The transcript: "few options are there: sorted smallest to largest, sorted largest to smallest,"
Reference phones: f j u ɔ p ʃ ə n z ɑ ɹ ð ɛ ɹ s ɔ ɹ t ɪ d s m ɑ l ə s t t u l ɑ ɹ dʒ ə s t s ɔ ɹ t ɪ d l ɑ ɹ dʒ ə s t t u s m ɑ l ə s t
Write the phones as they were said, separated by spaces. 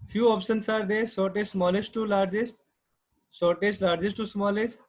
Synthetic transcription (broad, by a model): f j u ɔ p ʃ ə n s ɑ ɹ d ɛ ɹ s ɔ ɹ t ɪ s s m ɑ l ə s t t u l ɑ ɹ dʒ ə s t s ɔ ɹ t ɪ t l ɑ ɹ dʒ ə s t t u s m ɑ l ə s t